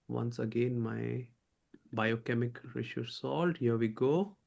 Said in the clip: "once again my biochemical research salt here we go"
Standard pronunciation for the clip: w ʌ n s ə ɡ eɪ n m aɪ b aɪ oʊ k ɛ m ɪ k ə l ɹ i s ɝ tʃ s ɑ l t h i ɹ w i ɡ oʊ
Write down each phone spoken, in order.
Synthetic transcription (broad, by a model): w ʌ n s ə ɡ eɪ n m aɪ b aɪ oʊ k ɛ m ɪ k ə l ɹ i ʃ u s ɑ l t h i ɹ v i ɡ oʊ